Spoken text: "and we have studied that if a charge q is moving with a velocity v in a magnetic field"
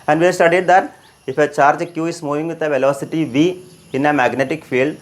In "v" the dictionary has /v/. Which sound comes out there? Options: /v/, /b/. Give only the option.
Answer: /v/